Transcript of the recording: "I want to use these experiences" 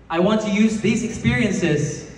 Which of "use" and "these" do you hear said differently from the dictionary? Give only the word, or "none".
none